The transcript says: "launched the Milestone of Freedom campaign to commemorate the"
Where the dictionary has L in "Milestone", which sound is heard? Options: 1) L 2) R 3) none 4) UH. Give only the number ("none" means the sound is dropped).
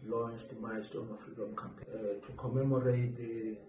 3